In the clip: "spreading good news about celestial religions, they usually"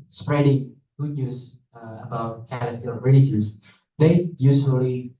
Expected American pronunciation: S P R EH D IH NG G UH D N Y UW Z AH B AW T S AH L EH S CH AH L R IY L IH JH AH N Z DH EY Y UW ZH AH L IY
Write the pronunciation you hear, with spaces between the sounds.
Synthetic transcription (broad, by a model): S P R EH D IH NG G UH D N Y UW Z AH B AW T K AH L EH S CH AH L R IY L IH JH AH Z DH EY Y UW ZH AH L IY